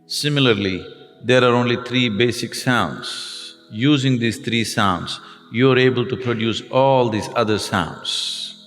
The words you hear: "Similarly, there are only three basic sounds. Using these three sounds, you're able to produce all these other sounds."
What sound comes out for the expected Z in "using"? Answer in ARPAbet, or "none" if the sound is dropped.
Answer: Z